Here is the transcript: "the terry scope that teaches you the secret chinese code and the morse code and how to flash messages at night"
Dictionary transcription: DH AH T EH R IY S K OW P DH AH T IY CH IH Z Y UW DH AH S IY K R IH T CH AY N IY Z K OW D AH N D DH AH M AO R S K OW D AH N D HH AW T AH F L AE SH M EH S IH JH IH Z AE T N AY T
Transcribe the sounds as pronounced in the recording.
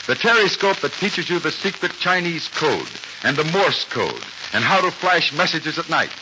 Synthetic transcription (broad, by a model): DH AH T EH R IY S K OW P DH AH T IY CH IH Z Y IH DH AH S IY K R IH T CH AY N IY Z K OW D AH N DH AH M AO R S K OW D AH N HH AW T AH F L AE SH M EH S IH JH IH Z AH T N AY T